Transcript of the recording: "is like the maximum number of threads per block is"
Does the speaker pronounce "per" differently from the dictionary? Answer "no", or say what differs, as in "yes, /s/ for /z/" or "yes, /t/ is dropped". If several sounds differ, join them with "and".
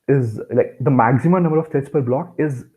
no